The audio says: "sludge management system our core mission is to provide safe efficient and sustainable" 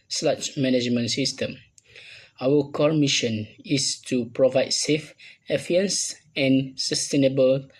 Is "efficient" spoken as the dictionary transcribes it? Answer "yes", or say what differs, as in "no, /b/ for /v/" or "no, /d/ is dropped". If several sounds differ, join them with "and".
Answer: no, /ʃ/ is dropped